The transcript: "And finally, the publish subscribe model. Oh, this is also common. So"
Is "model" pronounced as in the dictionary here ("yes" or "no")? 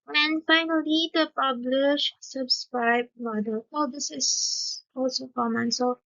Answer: no